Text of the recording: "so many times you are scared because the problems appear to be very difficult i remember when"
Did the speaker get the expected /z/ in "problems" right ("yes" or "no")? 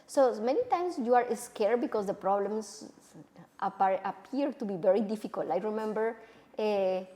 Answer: no